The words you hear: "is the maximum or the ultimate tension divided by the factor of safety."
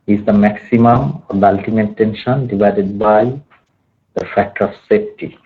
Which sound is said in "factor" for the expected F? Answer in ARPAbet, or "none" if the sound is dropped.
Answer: F